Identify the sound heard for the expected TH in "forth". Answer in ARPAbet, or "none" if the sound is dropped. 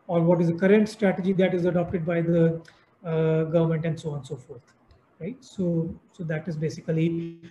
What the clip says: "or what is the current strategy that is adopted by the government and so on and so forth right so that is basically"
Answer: T